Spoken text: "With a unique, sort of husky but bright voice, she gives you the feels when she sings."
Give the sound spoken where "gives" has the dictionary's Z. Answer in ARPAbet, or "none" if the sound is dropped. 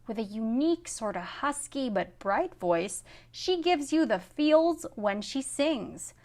Z